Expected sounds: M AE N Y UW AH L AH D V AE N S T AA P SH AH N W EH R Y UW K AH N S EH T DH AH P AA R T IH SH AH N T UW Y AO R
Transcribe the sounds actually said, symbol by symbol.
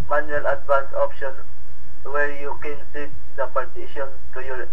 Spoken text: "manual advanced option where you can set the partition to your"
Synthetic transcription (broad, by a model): M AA N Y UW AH L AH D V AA N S AA P SH AH N W EH R Y UW K AH N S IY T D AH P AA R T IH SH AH N T UW Y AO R